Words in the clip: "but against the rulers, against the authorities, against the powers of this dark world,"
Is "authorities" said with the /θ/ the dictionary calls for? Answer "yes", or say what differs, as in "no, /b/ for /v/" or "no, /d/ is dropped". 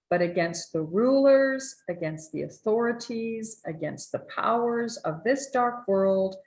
yes